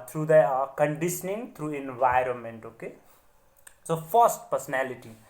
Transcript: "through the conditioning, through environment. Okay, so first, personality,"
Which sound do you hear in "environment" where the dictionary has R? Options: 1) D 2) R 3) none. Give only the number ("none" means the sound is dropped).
2